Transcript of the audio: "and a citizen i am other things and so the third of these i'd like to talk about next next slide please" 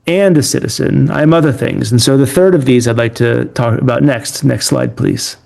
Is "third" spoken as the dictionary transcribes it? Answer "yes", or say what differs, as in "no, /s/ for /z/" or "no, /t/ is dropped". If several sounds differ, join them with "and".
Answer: yes